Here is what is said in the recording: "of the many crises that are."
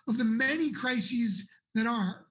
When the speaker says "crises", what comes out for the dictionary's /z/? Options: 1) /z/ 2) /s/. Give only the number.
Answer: 1